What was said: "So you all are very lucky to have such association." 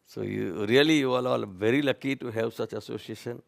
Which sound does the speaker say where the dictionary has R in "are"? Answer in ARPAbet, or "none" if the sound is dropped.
L